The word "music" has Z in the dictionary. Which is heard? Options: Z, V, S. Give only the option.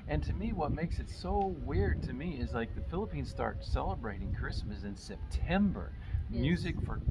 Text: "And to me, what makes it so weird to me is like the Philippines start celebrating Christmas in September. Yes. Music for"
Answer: Z